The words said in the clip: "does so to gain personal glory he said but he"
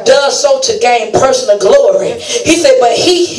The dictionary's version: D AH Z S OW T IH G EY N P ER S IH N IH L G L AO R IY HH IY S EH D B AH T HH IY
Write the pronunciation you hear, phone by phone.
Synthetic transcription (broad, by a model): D AH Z S OW T IH G EY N P ER S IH N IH N G L AO R IY HH IY S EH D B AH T HH IY